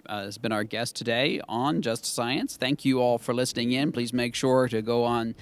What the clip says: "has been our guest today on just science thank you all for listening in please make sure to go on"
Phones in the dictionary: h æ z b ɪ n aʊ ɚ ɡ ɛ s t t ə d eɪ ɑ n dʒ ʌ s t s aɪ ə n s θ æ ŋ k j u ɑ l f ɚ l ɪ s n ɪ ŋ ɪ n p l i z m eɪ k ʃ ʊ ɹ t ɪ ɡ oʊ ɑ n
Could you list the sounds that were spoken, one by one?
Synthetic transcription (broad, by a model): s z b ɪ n aʊ ɚ ɡ ɛ s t t ə d eɪ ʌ n dʒ ʌ s t s aɪ ə n s θ æ ŋ k j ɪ ɑ l f ɚ l ɪ s n ɪ ŋ ɪ n p l i z m eɪ k ʃ ʊ ɹ t ɪ ɡ oʊ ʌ n